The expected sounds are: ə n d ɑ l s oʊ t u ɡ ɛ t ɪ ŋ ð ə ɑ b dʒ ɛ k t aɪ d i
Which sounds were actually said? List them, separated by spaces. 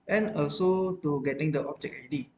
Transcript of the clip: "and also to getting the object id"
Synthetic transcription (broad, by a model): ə n ɑ l s oʊ t u ɡ ɛ t ɪ ŋ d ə ɑ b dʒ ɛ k aɪ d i